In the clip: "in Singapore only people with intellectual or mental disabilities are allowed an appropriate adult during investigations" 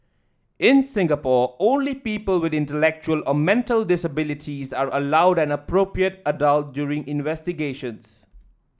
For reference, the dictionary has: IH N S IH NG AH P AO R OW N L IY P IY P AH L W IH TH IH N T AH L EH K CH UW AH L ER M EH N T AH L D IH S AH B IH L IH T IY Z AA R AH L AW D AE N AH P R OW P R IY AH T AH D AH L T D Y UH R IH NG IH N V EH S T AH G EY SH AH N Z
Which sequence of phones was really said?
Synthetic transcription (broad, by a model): IH N S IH NG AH P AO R OW N L IY P IY P AH L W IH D IH N T AH L EH K CH UW AH L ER M EH N T AH L D IH S AH B IH L IH T IY Z AA R AH L AW D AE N AH P R OW P R IY AH T AH D AH L T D Y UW R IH NG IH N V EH S T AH G EY SH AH N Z